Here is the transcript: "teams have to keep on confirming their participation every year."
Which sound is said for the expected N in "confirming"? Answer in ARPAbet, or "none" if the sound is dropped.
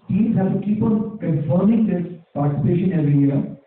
none